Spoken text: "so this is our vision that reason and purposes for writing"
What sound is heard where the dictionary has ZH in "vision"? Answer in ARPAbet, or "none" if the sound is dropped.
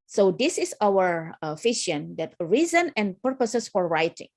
SH